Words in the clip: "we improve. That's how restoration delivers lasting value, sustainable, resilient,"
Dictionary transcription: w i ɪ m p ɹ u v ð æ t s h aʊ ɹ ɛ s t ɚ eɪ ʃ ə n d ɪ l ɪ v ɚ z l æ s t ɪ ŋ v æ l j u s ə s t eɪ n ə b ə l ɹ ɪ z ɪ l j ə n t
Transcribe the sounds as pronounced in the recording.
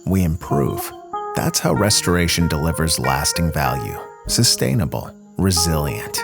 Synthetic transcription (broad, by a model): w i ɪ m p ɹ u v ð æ t s h aʊ ɹ ɛ s t ɚ eɪ ʃ ə n d ɪ l ɪ v ɚ z l æ s t ɪ ŋ v æ l j u s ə s t eɪ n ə b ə l ɹ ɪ z ɪ l j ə n t